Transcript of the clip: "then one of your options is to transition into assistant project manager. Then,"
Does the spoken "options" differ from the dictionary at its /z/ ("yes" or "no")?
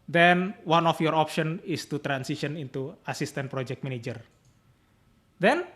yes